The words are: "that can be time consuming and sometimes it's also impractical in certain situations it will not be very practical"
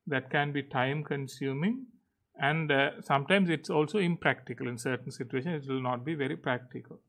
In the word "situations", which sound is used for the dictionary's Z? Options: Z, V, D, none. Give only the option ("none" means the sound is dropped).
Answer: none